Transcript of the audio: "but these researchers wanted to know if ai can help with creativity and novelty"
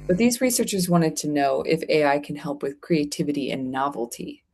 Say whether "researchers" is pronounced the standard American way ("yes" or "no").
yes